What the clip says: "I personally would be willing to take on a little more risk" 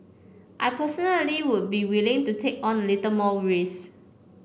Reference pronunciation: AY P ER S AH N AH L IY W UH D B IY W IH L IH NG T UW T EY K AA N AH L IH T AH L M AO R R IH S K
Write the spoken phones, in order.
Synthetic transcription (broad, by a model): AY P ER S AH N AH L IY W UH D B IY W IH L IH NG T UW T EY K AA N AH L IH T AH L M AO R R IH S